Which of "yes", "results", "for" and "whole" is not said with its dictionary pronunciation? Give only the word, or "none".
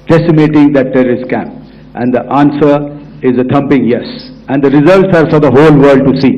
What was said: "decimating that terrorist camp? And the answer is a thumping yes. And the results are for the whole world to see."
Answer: none